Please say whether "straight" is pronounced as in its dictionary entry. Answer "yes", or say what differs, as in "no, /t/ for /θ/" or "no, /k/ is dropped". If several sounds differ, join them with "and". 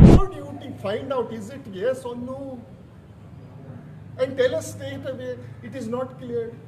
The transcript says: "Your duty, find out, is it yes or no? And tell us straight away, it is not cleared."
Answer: no, /ɹ/ is dropped